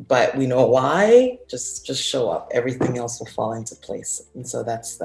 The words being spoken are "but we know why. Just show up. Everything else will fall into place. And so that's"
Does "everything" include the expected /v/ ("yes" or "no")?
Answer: yes